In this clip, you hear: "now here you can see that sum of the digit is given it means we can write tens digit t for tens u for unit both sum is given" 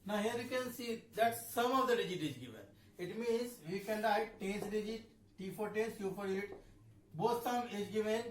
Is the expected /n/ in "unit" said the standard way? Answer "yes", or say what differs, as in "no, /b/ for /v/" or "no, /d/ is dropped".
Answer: no, /l/ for /n/